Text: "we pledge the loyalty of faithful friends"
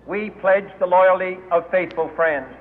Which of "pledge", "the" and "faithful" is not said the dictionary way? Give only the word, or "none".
none